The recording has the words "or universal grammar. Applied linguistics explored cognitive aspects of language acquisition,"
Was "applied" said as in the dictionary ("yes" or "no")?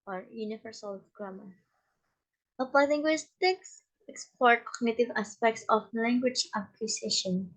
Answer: no